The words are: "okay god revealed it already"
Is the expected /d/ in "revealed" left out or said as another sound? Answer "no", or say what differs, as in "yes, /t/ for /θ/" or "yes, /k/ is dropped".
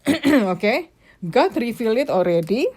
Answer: yes, /d/ is dropped